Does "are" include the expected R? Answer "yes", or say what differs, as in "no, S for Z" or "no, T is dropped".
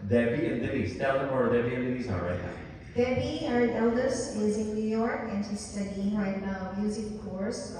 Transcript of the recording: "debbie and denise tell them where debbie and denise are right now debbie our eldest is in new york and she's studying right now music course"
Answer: no, L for R